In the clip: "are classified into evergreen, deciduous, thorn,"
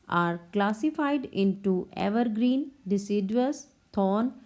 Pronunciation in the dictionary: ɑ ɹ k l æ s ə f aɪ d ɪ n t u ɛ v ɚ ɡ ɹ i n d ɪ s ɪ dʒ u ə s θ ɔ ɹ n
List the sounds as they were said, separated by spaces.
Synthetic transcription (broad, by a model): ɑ ɹ k l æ s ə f aɪ d ɪ n t u ɛ v ɚ ɡ ɹ i n d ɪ s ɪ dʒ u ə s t ɔ n